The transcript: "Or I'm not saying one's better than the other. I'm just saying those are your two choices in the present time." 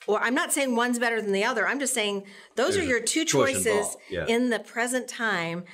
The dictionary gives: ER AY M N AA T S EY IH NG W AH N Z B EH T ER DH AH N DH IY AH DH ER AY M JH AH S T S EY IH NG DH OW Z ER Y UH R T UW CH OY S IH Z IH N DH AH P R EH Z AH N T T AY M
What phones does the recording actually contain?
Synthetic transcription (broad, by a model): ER AY M N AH T S EY IH NG W AH N Z B EH T ER DH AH N DH IY AH DH ER AY M JH AH S T S EY IH NG DH OW Z ER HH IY R T UW CH OY S IH Z IH N DH AH P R EH Z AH N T T AY M